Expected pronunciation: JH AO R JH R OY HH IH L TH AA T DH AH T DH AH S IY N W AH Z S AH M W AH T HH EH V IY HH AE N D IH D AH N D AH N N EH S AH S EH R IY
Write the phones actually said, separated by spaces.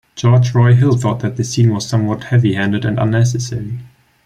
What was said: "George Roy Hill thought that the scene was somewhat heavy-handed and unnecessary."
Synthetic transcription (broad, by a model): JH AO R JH R OY HH IH L TH AA T DH AH T DH AH S IY N W AH Z S AH M W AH T HH EH V IY HH AE N D IH D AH N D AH N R S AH S EH R IY